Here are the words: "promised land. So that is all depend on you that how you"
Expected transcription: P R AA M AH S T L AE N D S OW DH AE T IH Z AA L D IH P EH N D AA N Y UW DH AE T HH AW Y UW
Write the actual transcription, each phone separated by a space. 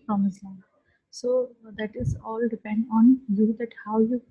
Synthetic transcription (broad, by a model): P R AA M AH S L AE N S OW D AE T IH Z AA L D IH P EH N D AA N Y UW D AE T HH AW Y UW